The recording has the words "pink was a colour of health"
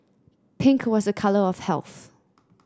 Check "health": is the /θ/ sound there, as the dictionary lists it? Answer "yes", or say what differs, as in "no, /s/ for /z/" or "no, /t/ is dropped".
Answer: yes